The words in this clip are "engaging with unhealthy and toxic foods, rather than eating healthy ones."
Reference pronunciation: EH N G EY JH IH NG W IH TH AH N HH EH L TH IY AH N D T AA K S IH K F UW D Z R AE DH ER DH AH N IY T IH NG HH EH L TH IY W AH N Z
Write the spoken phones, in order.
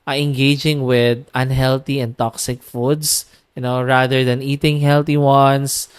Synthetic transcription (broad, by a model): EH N G EY JH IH NG W IH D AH N HH EH L T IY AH N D T AA K S IH K F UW D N R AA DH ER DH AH N IY T IH NG HH EH L T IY W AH N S